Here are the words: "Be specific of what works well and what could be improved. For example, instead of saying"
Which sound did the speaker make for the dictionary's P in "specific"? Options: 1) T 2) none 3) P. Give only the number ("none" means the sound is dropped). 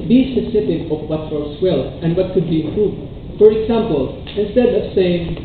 2